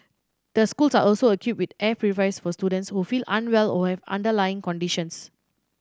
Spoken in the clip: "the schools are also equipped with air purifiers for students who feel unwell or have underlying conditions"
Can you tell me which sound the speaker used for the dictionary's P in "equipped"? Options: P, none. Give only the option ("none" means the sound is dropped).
none